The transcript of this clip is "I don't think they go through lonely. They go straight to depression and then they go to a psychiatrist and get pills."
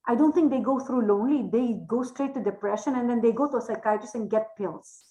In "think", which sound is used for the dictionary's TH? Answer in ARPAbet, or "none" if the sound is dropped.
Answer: T